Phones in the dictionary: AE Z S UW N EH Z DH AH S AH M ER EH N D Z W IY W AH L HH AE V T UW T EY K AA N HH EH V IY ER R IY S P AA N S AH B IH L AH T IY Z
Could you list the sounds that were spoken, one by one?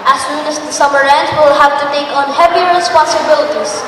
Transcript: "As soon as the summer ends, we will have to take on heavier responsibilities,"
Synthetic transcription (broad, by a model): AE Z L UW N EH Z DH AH S AH M ER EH N D W IY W L HH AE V T UW T EY K AA N HH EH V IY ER R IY S P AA N S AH B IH L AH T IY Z